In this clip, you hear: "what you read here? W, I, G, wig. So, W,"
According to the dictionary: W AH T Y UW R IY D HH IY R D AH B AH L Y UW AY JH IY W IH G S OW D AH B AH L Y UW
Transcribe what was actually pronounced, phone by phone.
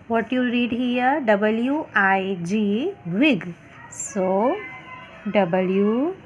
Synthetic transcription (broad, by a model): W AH T Y UW R IY D HH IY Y D AH B AH L Y UW AY JH IY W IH G S OW D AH B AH L Y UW